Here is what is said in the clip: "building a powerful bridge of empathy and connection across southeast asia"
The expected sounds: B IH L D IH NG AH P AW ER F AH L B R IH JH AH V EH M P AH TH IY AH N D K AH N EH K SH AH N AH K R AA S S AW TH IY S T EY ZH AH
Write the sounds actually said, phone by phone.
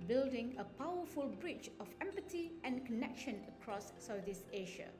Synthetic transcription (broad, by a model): B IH L D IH NG AH P AW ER F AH L B R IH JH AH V EH M P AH T IY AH N K AH N EH K SH AH N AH K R AA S S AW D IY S EY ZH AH